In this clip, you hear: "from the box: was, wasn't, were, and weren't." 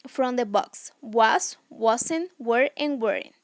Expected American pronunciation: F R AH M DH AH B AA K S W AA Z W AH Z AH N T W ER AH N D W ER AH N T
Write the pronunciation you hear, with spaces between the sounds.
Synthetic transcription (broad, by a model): F R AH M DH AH B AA K S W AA S W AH S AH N W ER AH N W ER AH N